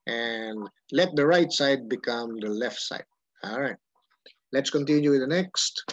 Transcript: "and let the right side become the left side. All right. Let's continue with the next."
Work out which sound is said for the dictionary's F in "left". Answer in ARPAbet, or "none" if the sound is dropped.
F